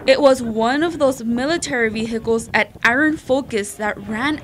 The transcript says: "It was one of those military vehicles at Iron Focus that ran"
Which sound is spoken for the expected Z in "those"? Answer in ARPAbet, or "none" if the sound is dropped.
Z